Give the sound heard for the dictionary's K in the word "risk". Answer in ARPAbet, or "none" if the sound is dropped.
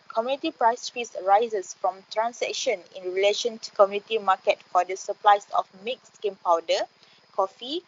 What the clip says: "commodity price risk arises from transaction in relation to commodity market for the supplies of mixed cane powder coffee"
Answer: none